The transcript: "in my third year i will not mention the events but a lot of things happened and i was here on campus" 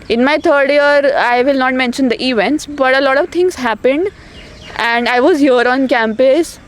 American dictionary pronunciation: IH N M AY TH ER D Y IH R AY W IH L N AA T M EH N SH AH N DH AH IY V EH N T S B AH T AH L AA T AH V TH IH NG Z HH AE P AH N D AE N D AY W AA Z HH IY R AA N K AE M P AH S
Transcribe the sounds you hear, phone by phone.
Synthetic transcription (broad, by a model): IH N M AY T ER D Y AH R AY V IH L N AA T M EH N SH AH N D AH IY V EH N T S B AH T AH L AA T AH V T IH NG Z HH AE P AH N D AE N D AY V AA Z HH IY R AA N K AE M P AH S